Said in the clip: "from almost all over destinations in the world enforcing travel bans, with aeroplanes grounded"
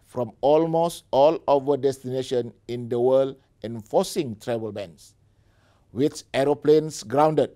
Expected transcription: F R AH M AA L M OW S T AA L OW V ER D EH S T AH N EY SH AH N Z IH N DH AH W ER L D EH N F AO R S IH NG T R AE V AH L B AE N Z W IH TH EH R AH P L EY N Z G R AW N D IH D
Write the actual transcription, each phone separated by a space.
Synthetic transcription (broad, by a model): F R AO M AA L M OW S T AA L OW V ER D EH S T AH N EY SH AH N IH N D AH W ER L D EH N F AO S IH NG T R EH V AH L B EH N S W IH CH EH R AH P L EY N S G R AW N D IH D